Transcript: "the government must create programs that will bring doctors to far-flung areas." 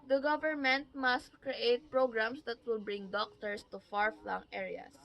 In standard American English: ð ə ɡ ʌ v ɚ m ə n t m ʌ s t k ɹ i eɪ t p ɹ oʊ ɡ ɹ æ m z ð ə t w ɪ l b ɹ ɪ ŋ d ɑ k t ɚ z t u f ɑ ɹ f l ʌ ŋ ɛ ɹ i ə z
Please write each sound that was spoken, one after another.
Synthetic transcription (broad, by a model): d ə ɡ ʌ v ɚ m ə n t m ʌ s t k ɹ i eɪ t p ɹ oʊ ɡ ɹ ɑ m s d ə t w ɪ l b ɹ ɪ ŋ d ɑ k t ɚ s t u f ɑ ɹ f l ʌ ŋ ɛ ɹ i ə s